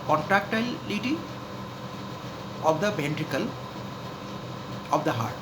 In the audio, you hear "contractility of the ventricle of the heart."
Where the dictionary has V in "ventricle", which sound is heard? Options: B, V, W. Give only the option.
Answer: B